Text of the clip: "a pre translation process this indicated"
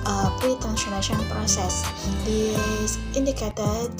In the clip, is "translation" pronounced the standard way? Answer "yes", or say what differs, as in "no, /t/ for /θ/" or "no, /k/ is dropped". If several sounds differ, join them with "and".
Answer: no, /ɹ/ is dropped and /n/ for /l/